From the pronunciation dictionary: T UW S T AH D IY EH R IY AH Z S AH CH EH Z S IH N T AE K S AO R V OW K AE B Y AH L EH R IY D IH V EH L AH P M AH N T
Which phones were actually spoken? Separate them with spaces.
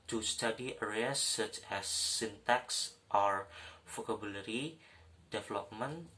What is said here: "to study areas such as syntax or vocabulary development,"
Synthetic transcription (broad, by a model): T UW S T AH D IY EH R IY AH S AH CH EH S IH N T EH K S AO R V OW K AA B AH L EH R IY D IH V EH L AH P M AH N